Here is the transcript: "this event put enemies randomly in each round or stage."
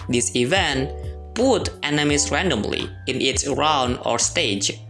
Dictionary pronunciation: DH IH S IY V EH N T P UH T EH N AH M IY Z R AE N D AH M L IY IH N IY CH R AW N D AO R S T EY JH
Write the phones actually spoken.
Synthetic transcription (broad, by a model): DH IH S IY V EH N T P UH T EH N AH M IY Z R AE N D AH M L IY IH N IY S R AW N D AO R S T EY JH